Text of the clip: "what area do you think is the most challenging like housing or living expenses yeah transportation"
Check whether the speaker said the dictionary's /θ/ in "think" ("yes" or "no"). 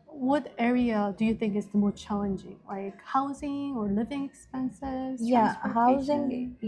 yes